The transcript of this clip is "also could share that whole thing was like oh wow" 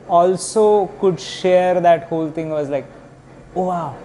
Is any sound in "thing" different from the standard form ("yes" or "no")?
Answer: yes